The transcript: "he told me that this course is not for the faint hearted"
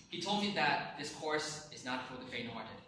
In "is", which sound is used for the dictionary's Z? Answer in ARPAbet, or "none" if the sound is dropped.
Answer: Z